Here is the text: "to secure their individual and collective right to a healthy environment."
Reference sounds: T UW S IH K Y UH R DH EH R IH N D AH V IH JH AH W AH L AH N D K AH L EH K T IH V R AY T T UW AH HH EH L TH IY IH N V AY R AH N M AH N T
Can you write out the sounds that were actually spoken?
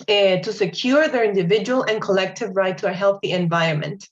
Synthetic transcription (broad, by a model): T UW S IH K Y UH R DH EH R IH N D AH V IH JH AH W AH L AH N K AH L EH K T IH V R AY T T UW AH HH EH L TH IY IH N V AY R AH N M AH N T